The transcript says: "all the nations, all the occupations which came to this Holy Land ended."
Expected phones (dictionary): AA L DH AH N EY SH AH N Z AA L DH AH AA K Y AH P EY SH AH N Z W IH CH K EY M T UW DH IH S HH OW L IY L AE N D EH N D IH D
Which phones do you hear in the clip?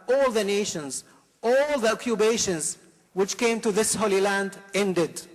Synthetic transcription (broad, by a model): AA L DH AH N EY SH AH N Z AA L DH AH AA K Y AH B EY SH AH N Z W IH CH K EY M T UW DH IH S HH OW L IY L AE N D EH N D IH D